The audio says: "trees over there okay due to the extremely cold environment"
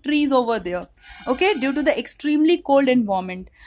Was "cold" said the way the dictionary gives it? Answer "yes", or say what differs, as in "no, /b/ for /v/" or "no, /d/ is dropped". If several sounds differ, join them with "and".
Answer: yes